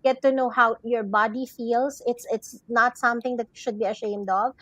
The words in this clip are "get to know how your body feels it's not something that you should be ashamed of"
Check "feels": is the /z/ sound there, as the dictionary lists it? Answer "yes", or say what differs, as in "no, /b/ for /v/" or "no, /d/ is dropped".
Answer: no, /s/ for /z/